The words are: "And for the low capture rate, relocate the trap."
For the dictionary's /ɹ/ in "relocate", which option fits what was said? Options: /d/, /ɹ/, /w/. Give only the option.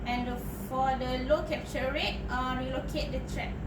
/w/